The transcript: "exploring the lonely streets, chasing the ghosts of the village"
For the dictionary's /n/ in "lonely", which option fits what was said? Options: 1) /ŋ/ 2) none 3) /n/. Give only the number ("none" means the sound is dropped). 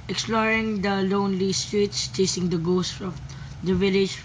3